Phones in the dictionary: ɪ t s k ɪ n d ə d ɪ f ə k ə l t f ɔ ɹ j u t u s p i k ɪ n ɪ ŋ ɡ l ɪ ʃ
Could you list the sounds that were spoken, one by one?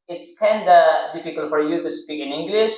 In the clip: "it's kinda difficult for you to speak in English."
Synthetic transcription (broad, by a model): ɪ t s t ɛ n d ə d ɪ f ə k ə l t f ɔ ɹ j u t u s p i k ɪ n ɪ ŋ ɡ l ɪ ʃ